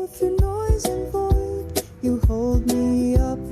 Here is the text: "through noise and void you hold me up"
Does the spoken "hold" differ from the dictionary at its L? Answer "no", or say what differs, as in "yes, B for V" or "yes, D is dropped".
no